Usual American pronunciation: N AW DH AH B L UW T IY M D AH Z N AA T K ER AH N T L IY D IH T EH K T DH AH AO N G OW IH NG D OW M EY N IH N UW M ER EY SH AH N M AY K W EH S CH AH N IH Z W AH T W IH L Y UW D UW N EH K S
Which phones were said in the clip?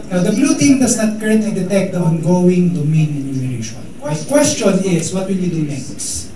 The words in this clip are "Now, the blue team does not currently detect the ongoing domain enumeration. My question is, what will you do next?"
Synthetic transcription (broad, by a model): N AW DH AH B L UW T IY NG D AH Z N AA T K ER AH N T L IY D IH T EH K T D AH AO N G OW IH NG D OW M EY N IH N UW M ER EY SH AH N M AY K W EH S CH AH N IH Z W AH T W IH L Y UW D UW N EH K S